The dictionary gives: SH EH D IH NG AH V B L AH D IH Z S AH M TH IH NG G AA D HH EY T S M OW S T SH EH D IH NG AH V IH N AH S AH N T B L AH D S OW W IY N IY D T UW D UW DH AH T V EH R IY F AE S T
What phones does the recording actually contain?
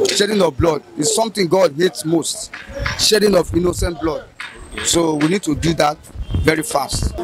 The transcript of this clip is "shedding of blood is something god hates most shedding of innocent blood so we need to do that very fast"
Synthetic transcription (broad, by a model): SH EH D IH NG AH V B L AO D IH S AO M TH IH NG G AA D HH EY T S M OW S T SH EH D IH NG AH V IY N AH S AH N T B L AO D S OW W IY N IY D T UW D UW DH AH T V EH R IY F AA S T